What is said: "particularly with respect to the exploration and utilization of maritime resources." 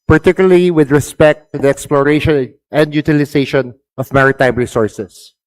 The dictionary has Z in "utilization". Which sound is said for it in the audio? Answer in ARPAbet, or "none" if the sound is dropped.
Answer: S